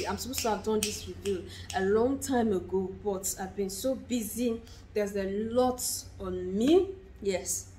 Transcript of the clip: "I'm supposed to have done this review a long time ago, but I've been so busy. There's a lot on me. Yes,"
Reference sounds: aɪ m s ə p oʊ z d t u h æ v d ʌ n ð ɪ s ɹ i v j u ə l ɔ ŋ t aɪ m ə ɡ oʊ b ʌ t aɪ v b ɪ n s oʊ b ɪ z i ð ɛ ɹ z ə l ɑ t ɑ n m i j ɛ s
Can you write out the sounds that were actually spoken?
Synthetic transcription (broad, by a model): aɪ m s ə p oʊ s t u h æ v d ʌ n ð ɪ s ɹ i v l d ə l ɔ ŋ t aɪ m ə ɡ oʊ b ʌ t aɪ v b ɪ n s oʊ b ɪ z i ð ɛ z ə l ɑ t ɑ n m i j ɛ s